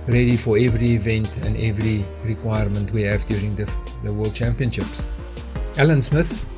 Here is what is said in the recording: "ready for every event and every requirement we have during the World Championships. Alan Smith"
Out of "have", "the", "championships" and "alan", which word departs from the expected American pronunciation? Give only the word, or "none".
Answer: none